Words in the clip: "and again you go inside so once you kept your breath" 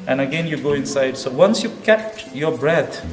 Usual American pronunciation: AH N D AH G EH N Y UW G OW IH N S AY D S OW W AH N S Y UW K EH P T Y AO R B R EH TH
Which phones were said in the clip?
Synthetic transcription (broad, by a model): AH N AH G EH N Y UW G OW IH N S AY D S OW W AH N S Y UW K EH P T Y AO R B R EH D